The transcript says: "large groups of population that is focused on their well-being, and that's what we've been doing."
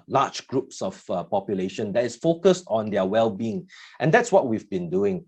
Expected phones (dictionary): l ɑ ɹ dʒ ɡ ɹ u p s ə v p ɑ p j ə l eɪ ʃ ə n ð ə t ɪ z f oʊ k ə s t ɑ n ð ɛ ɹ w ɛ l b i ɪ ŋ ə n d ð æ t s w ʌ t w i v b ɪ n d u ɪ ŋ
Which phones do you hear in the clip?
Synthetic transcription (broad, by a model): l ɑ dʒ ɡ ɹ u p s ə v p ɑ p j ə l eɪ ʃ ə n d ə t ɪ s f oʊ k ə s t ɑ n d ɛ w ɛ l b i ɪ ŋ ə n d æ t s w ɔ t w i v b ɪ n d u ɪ ŋ